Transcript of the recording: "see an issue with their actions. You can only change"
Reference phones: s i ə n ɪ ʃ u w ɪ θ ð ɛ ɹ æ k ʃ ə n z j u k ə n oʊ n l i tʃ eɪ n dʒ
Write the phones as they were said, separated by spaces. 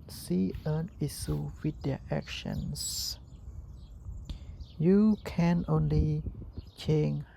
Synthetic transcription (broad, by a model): s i ə n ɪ s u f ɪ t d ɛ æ k ʃ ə n s j u k ə n oʊ n l i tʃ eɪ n